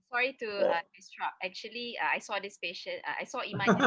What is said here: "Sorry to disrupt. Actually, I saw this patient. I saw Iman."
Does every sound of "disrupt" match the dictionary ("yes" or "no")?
no